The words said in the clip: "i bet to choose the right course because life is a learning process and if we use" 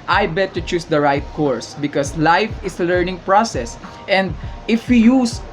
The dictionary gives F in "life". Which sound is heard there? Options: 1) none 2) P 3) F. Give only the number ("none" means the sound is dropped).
3